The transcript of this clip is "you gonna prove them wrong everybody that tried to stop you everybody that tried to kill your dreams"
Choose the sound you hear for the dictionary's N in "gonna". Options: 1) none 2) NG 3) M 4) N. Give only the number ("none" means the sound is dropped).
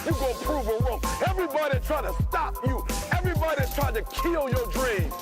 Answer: 1